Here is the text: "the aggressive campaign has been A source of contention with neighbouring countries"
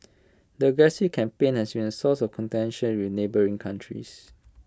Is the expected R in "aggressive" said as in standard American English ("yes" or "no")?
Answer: no